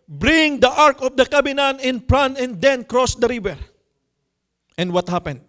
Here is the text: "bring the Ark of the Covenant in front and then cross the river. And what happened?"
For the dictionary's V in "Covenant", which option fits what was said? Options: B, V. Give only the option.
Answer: B